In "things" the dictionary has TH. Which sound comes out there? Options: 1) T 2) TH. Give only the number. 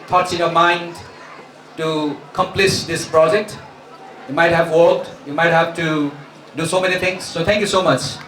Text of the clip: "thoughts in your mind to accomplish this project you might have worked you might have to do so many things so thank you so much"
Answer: 1